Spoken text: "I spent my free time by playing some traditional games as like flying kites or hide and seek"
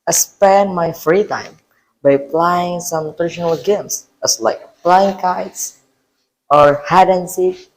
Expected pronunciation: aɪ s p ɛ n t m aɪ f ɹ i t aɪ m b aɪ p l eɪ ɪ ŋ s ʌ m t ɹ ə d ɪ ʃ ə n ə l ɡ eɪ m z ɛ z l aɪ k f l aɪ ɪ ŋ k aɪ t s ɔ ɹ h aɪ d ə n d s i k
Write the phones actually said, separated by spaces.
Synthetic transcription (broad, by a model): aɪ s p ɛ n m aɪ f ɹ i t aɪ m b aɪ p l eɪ ɪ ŋ s ʌ m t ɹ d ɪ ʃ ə n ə l ɡ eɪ m s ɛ s l aɪ k p l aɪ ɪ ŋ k aɪ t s ɔ ɹ h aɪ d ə n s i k